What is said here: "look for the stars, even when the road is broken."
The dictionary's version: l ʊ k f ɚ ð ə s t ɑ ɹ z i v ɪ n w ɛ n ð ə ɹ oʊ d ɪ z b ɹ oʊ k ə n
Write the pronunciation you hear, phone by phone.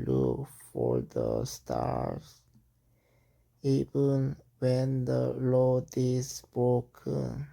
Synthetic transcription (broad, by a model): l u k f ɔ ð ə s t ɑ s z i v ɪ n w ɛ n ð ə l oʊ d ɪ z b ɹ oʊ k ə n